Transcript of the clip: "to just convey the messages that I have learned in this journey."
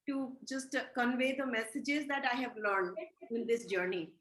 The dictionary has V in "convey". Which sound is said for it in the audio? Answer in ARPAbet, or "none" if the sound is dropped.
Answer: V